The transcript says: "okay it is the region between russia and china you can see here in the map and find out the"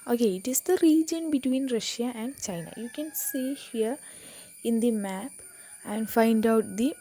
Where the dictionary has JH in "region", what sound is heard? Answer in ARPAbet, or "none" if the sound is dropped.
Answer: JH